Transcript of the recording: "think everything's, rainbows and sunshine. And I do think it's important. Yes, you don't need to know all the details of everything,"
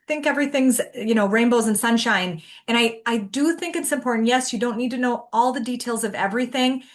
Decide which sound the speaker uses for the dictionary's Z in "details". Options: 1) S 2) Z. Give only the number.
2